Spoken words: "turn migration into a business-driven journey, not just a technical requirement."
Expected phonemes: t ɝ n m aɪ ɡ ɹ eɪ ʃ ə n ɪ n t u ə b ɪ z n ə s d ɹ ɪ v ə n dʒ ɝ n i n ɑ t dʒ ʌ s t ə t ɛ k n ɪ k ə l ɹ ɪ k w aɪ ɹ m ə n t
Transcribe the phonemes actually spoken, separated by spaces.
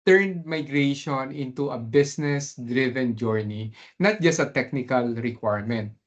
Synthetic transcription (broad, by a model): t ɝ n m aɪ ɡ ɹ eɪ ʃ ə n ɪ n t u ə b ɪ s n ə s d ɹ ɪ v ə n dʒ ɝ n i n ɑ t dʒ ʌ s t ə t ɛ k n ɪ k ə l ɹ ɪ k w aɪ ɹ m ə n t